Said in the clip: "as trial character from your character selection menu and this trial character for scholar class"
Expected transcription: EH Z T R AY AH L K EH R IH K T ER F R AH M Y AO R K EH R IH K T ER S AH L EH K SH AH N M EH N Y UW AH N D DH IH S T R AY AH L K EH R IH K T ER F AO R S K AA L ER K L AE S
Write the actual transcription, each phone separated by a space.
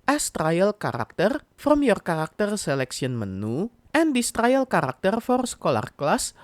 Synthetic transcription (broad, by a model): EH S T R AY AH L K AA R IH K T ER F R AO M Y AO R K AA R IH K T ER S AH L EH K S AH N M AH N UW AH N D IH S T R AY AH L K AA R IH K T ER F AO R S K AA L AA K L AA S